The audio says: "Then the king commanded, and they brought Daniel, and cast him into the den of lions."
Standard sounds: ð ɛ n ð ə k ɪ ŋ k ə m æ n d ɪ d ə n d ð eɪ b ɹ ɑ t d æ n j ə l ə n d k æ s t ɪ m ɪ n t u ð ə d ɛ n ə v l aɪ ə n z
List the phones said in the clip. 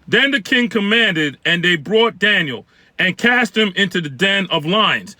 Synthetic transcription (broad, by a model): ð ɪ n ð ə k ɪ ŋ k ə m æ n d ɪ d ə n ð eɪ b ɹ ɑ t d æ n j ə l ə n k æ s t ɪ m ɪ n t u ð ə d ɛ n ə v l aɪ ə n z